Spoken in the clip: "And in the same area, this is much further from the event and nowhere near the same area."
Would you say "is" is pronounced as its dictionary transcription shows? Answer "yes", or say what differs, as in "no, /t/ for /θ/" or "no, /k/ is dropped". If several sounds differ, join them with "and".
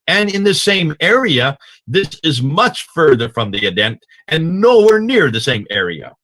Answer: yes